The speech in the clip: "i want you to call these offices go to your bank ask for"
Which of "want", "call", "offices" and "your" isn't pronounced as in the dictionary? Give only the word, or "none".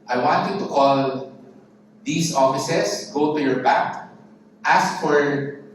offices